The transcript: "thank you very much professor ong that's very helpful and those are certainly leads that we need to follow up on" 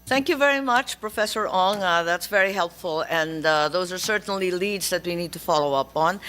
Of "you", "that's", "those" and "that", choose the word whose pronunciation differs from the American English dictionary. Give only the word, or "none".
none